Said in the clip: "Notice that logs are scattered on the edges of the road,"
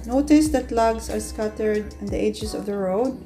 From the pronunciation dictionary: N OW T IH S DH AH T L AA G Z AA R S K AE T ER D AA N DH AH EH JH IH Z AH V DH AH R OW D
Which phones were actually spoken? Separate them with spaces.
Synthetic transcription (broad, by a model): N OW T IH S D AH T L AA G S AA R S K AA T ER D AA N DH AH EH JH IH S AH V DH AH R OW D